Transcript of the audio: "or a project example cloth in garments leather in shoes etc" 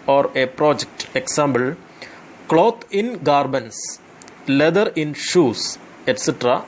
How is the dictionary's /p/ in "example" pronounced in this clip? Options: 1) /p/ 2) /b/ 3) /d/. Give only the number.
2